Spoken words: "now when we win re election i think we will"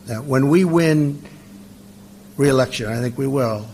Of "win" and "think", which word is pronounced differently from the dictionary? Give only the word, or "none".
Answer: none